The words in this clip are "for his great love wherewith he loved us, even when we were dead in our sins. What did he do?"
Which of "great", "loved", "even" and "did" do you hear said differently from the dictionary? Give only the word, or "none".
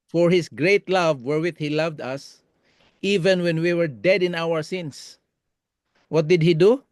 none